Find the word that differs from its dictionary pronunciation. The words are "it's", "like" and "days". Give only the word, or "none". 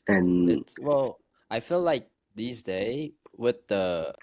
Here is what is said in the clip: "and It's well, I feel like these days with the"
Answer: days